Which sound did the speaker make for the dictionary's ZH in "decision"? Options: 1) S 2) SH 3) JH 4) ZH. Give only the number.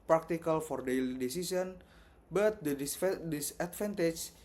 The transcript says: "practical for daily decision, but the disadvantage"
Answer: 1